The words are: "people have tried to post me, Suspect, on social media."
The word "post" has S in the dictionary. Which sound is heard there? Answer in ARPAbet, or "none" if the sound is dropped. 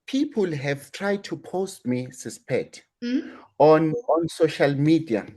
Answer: S